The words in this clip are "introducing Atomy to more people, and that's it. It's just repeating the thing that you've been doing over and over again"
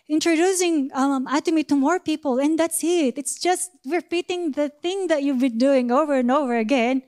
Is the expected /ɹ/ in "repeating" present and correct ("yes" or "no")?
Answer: no